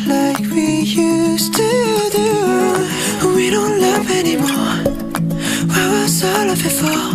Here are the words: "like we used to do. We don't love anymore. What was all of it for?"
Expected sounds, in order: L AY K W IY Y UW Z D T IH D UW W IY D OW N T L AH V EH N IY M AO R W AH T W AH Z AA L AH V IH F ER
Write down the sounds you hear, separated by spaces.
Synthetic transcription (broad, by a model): L AY K W IY Y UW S T IH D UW W IY D OW N T L AH V EH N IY M AO R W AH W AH S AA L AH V IH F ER